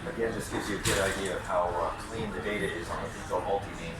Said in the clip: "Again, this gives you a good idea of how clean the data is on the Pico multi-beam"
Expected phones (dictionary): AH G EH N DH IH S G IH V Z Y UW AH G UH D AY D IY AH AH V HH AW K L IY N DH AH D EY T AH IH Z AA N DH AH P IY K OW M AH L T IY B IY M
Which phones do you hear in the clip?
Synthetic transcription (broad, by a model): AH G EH N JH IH S G IH V Z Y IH AH G UH D AY D IY AH AH V HH AW K L IY N DH AH D EY T AH IH Z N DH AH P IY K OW M AH L T IY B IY